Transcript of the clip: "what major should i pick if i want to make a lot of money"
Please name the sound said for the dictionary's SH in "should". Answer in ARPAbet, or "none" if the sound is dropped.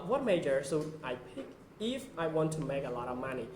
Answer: S